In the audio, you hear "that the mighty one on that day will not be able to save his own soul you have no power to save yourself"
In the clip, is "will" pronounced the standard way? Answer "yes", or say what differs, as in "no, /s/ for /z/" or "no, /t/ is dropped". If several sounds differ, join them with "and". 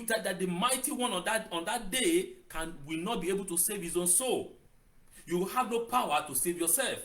no, /w/ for /l/